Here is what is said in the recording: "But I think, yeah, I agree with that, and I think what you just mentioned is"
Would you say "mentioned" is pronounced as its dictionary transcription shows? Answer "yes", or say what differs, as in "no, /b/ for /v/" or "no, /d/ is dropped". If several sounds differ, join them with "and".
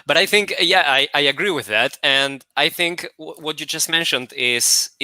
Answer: yes